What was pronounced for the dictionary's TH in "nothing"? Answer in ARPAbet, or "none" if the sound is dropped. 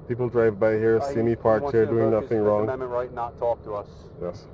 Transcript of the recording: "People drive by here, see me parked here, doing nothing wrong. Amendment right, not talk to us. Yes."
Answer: TH